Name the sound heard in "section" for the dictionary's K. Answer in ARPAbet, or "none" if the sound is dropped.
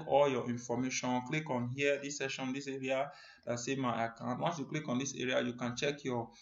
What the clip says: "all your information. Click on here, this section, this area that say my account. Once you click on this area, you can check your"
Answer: none